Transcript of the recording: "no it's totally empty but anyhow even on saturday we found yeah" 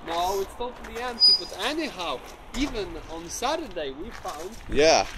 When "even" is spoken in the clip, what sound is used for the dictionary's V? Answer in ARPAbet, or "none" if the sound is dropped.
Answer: V